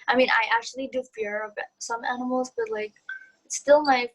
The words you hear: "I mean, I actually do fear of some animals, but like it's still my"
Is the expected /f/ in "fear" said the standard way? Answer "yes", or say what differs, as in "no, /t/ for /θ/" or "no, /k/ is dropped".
yes